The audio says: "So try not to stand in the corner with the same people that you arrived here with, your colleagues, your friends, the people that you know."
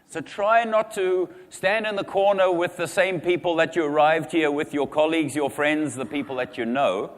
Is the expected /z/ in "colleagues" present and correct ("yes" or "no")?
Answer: yes